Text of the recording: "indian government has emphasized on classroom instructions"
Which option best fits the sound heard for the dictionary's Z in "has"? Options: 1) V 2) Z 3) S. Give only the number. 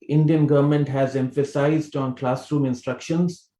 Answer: 2